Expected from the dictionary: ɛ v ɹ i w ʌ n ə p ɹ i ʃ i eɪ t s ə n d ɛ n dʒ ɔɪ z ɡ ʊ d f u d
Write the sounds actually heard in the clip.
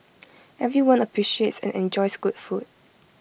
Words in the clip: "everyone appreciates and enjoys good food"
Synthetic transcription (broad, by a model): ɛ v ɹ i w ʌ n ə p ɹ i ʃ i eɪ t s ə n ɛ n dʒ ɔɪ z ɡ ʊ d f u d